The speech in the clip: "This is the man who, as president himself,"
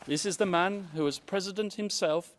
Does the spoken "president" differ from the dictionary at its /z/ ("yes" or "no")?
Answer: no